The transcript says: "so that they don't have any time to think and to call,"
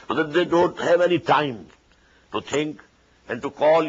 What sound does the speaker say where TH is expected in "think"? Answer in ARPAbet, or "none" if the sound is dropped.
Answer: T